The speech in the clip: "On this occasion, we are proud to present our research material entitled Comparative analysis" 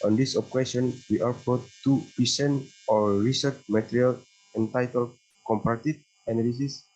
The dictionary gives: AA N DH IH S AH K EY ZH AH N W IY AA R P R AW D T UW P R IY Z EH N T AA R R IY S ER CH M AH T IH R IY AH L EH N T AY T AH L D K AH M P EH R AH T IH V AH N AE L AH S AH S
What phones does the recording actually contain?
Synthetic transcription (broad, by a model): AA N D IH S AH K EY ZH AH N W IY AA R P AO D T UW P IY S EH N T AA R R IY S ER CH M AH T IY R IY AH L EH N T AY T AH L K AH M P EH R T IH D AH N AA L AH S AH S